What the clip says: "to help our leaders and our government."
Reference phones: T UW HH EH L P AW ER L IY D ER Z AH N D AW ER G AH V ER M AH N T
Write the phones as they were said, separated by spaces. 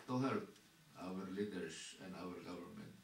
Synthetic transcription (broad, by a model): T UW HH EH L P AW ER L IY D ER S AH N D AW ER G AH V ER M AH N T